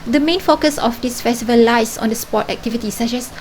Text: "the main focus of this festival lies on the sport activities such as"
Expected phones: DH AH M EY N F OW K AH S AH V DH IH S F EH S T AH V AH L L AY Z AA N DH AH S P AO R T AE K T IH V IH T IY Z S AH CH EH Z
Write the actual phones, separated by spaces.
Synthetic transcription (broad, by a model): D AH M EY N F OW K AH S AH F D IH S F EH S T AH V AH L L AY S AA N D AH S P AO T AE K T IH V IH T IY S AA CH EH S